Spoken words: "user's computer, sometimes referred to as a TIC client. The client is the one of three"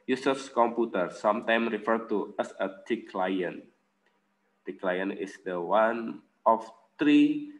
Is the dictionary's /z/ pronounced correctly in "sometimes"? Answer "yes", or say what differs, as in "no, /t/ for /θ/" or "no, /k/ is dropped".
no, /z/ is dropped